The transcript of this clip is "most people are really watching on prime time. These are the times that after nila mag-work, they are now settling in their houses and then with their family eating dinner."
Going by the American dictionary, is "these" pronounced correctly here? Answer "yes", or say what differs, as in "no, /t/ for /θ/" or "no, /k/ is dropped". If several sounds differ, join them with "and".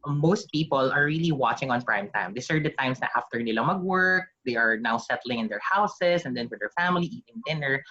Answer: no, /s/ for /z/